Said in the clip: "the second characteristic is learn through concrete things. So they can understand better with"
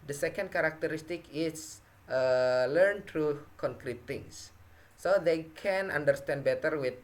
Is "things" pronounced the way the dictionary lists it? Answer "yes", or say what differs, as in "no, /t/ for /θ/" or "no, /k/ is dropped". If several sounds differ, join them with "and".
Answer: no, /t/ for /θ/